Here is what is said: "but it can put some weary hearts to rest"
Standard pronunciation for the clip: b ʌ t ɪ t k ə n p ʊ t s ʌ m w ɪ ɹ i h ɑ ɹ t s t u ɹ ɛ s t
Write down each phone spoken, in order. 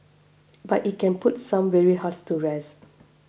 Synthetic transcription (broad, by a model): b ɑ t ɪ t k ə n p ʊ t s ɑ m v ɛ ɹ i h ɑ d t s t u ɹ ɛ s